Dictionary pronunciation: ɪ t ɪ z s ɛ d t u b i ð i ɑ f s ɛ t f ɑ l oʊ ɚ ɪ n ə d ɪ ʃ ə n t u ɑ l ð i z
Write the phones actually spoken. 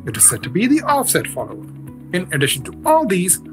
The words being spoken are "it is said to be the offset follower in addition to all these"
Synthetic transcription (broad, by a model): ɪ t ɪ z s ɛ d t u b i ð i ɑ f s ɛ t f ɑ l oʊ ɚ ɪ n ə d ɪ ʃ ə n t u ɑ l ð i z